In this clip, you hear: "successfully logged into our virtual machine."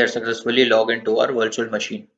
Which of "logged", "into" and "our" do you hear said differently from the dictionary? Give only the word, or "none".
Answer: logged